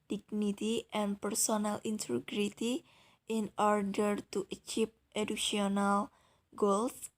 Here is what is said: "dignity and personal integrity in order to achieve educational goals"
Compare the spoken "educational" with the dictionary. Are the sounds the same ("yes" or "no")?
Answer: no